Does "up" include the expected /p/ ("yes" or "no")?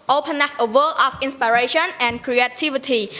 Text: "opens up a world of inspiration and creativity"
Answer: no